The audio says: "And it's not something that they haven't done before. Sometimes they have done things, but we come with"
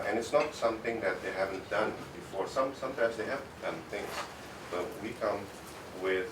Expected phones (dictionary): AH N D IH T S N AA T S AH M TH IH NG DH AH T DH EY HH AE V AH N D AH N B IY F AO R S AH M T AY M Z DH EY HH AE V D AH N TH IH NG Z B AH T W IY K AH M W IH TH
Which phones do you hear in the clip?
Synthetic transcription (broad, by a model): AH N IH T S N AA T S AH M T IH NG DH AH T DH EY HH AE V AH N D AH N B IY F AO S S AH M T AY M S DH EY HH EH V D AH N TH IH NG S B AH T W IY K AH M W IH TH